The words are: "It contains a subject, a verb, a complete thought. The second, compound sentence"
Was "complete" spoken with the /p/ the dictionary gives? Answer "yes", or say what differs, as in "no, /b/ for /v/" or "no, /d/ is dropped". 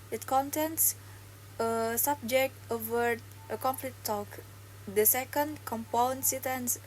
no, /f/ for /p/